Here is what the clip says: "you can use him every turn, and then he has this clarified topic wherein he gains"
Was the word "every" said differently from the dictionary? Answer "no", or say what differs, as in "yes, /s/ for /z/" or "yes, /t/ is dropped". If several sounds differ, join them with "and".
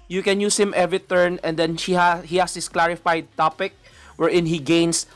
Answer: yes, /ɹ/ is dropped